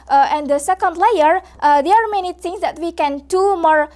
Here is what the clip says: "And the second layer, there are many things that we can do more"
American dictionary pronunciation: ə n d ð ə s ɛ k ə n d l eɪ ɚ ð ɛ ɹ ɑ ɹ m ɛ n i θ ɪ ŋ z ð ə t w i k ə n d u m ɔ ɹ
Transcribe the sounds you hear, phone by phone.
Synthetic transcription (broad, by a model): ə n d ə s ɛ k ə n d l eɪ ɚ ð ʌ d ɑ ɹ m ɛ n i t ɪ ŋ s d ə t w i k ə n d u m ɔ ɹ